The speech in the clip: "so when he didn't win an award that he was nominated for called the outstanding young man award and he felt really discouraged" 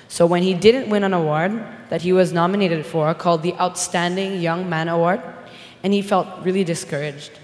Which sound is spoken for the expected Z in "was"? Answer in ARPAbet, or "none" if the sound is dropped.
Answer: Z